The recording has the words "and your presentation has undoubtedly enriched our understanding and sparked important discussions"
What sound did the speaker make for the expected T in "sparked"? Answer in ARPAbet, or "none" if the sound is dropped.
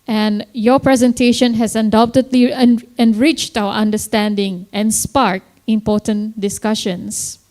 none